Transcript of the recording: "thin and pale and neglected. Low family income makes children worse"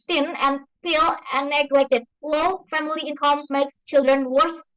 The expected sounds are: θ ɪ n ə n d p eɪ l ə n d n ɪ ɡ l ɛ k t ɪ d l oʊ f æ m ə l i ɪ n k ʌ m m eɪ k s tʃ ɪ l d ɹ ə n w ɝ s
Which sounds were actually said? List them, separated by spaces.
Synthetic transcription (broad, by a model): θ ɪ n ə n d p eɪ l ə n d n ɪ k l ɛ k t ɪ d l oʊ f æ m ə l i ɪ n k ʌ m m eɪ k s tʃ ɪ l d ɹ ə n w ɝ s